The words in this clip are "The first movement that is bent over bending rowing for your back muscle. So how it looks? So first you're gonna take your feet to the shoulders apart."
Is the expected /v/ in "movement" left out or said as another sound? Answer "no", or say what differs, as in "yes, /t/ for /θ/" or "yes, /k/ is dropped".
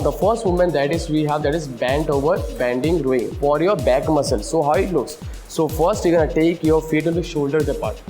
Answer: yes, /v/ is dropped